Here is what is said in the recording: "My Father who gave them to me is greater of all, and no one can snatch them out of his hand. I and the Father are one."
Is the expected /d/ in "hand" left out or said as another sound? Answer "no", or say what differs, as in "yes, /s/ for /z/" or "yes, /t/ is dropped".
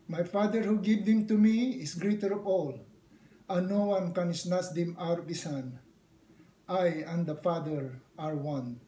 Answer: yes, /d/ is dropped